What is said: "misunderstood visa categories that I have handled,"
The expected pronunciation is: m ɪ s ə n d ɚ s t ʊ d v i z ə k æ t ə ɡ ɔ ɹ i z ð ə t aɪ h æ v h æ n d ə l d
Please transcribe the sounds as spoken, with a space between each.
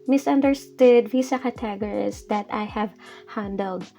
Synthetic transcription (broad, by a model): m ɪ s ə n d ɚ s t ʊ d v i s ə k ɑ t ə ɡ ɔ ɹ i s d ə t aɪ h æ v h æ n d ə l d